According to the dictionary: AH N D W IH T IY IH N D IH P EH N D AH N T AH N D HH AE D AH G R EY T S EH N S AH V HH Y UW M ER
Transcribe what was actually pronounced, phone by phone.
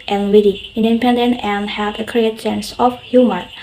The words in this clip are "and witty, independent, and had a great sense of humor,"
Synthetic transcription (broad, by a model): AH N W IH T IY IH N D IH P EH N D AH N T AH N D HH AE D AH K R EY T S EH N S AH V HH Y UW M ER